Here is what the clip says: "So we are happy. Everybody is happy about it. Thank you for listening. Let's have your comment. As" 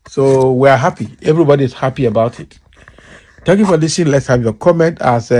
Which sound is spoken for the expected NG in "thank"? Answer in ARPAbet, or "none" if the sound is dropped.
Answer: none